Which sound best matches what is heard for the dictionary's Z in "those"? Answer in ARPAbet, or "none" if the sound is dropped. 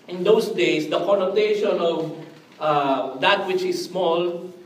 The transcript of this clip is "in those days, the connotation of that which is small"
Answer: S